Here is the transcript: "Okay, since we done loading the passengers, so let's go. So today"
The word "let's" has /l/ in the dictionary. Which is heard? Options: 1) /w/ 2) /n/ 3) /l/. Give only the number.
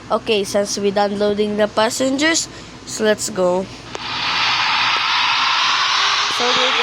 3